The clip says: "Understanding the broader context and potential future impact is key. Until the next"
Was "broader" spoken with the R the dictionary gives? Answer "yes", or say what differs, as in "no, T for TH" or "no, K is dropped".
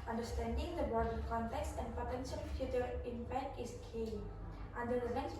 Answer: no, R is dropped